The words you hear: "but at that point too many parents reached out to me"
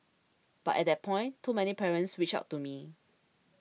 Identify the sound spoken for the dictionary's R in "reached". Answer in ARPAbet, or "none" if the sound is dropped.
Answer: W